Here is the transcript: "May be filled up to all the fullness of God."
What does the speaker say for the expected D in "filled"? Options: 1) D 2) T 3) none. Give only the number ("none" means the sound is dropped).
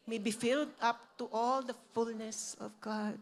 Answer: 1